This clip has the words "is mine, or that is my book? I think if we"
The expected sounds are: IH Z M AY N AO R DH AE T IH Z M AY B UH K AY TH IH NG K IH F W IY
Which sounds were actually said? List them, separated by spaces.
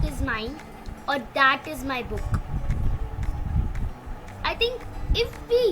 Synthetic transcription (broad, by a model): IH Z M AY AO R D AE T IH Z M AY B UH K AY T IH NG K IH F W IY